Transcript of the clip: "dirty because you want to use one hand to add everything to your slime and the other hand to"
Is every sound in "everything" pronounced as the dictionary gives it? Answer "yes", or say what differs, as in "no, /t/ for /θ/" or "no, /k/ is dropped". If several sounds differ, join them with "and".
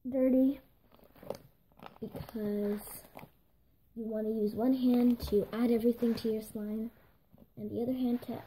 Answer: yes